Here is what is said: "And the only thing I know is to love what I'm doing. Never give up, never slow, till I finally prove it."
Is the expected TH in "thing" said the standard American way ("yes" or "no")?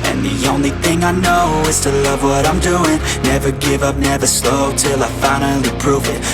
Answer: yes